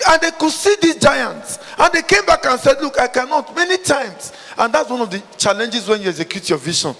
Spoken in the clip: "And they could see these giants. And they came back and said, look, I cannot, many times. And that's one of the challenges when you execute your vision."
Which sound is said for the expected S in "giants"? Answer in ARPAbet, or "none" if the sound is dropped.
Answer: S